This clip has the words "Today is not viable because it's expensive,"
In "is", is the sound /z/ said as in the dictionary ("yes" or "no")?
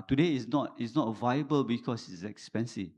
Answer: no